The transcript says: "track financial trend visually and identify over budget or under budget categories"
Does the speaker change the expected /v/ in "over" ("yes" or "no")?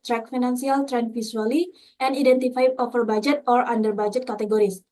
yes